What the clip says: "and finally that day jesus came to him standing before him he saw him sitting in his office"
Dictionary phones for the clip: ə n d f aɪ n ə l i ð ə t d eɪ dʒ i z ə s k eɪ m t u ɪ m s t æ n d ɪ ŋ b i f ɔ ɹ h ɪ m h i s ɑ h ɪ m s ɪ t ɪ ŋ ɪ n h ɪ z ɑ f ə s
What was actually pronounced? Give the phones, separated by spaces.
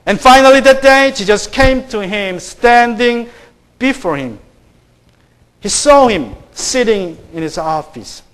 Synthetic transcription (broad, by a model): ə n f aɪ n ə l i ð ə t d eɪ ʃ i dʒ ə s k eɪ m t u ɪ m s t æ n d ɪ ŋ b i f ɔ ɹ h ɪ m h i s ɑ h ɪ m s ɪ t ɪ ŋ ɪ n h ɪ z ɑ f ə s